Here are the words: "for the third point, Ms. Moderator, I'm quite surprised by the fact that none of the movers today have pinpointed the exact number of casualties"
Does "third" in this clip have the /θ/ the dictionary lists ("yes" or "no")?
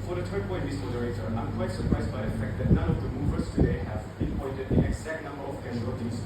no